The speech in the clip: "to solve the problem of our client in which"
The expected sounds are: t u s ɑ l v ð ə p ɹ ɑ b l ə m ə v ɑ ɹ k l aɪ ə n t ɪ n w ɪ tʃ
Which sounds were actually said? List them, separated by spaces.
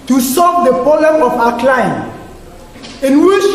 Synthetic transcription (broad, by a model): t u s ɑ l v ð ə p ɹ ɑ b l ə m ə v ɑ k l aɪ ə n ɪ n w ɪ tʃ